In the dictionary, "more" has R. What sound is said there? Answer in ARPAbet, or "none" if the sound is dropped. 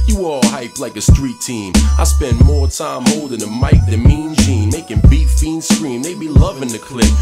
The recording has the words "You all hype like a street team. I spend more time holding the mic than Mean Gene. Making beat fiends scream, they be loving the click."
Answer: R